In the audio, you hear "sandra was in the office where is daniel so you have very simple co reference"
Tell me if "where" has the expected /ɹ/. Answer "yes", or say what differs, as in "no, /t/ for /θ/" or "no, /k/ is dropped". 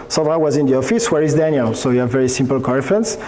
yes